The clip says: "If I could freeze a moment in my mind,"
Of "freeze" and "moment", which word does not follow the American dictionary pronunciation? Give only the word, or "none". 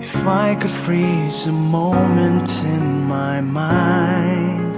none